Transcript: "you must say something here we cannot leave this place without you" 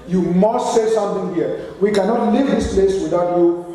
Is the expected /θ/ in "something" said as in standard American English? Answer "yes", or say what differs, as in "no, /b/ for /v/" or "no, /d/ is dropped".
no, /t/ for /θ/